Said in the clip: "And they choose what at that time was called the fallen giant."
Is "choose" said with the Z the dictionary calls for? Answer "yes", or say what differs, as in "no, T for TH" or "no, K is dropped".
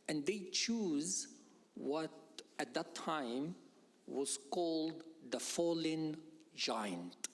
yes